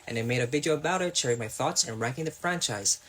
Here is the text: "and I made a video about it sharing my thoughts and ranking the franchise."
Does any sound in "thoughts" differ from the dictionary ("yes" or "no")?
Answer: no